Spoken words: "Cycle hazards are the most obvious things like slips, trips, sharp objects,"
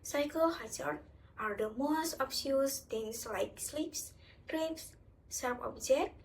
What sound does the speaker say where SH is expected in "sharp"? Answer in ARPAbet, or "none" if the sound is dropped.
S